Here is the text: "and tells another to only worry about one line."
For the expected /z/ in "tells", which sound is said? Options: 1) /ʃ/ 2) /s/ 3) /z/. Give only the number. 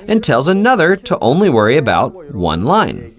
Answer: 3